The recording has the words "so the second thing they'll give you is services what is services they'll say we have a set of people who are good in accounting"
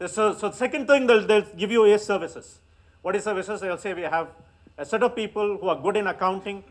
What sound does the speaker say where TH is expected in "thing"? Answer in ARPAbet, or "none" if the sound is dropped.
T